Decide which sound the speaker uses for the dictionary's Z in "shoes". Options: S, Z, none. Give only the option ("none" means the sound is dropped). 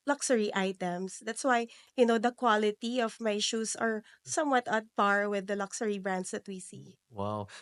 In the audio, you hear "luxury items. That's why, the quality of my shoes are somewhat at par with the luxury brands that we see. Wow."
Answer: S